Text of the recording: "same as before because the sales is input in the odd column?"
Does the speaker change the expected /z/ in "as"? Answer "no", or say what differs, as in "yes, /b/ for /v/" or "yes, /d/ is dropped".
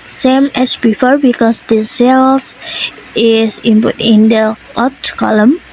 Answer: yes, /s/ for /z/